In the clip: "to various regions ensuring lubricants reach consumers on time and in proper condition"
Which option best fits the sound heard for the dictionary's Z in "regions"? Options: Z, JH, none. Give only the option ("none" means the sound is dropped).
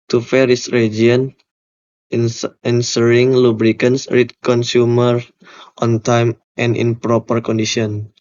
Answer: none